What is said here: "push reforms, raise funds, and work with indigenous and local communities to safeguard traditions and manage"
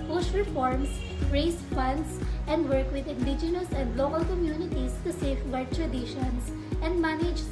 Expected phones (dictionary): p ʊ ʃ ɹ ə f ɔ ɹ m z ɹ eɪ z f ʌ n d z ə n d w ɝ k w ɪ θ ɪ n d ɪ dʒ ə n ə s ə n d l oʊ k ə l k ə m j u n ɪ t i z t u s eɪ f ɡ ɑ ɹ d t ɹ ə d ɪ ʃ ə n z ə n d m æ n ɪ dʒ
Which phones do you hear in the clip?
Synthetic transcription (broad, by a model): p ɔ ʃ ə f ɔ ɹ m s ɹ eɪ s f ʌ n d s ə n d w ɝ k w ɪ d ɪ n d ɪ dʒ ə n ə s ə n d l oʊ k ə l k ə m j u n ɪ t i s t u s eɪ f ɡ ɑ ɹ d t ɹ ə d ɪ ʃ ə n s ə n d m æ n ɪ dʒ